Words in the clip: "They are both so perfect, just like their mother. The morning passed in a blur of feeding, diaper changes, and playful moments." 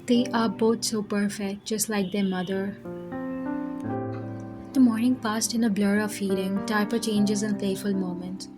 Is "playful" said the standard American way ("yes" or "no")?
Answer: yes